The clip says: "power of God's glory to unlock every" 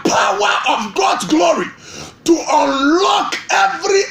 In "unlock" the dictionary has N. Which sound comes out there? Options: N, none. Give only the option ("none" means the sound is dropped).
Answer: N